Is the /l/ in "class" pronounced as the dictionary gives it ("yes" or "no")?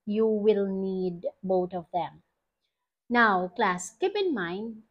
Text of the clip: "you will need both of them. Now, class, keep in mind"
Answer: yes